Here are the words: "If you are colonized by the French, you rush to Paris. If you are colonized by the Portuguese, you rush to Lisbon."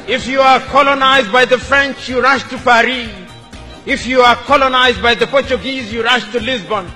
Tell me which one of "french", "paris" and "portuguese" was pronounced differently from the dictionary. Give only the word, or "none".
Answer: paris